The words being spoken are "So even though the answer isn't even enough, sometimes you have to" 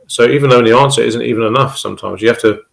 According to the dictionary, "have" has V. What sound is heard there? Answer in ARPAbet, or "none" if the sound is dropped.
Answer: F